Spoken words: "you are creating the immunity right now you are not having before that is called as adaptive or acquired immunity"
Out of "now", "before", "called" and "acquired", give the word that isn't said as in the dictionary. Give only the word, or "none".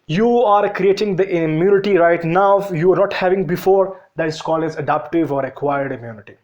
called